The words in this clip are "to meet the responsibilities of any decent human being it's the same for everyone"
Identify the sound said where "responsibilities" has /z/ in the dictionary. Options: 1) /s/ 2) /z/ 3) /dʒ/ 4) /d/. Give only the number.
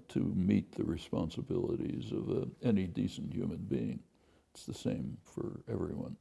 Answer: 2